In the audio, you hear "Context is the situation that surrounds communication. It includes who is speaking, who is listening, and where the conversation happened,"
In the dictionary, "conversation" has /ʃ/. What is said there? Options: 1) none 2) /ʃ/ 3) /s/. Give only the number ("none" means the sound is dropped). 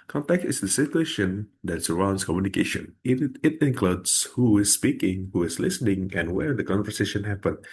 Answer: 2